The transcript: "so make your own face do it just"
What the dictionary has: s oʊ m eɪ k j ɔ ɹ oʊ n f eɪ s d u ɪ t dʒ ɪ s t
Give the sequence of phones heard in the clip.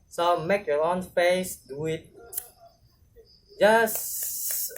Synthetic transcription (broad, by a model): s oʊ m eɪ k j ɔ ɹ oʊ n p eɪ s d u ɪ t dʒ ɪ s